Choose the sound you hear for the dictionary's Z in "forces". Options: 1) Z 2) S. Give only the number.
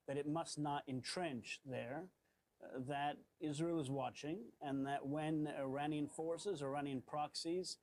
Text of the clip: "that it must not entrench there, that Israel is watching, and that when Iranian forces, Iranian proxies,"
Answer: 1